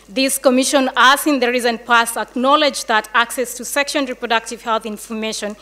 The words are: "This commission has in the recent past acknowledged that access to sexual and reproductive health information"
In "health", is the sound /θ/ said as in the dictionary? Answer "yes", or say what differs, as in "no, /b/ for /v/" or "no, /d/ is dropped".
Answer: yes